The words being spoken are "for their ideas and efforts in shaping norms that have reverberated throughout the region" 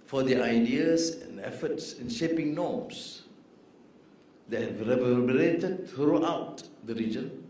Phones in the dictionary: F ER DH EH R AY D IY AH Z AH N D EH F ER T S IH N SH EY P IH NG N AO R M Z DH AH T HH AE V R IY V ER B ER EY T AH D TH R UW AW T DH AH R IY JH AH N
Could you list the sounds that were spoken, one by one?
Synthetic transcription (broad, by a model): F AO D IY AY D IY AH S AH N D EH F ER T S IH N SH EY P IH NG N AO M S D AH T HH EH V R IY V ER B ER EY T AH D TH R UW AW T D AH R IY JH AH N